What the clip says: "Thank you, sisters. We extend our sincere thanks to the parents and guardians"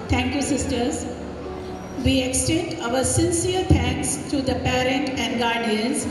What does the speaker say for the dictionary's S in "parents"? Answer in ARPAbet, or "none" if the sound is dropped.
none